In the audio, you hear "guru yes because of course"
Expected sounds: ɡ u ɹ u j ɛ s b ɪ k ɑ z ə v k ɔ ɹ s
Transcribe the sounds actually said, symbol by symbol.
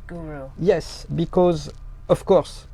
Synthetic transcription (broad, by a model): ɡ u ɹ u j ɛ s b ɪ k ɑ z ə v k ɔ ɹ s